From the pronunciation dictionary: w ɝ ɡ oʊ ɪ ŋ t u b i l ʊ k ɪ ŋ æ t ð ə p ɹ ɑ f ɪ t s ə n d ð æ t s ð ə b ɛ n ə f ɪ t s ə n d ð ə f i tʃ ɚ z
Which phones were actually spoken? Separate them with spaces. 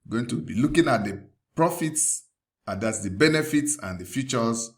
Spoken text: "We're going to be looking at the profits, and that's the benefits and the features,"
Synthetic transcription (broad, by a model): ɡ oʊ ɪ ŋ t u b i l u k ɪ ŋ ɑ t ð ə p ɹ ɑ f ɪ t s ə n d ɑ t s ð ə b ɛ n ə f ɪ t s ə n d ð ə f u tʃ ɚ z